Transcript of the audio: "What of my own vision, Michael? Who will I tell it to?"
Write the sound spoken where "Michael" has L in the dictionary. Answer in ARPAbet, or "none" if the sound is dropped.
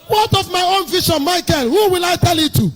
N